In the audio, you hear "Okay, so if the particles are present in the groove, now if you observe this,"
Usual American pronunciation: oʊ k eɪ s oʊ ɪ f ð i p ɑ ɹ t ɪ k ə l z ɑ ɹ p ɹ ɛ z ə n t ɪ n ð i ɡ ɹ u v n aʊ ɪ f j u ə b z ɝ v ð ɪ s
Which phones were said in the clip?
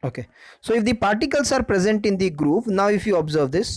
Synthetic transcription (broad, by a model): oʊ k eɪ s oʊ ɪ f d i p ɑ ɹ t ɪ k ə l s ɑ ɹ p ɹ ɛ z ə n t ɪ n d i ɡ ɹ u p n aʊ ɪ f j u ə b z ɝ v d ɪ s